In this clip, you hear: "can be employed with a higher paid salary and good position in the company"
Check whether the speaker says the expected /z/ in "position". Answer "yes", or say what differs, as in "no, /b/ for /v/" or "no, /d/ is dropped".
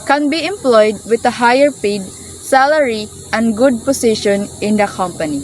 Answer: no, /s/ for /z/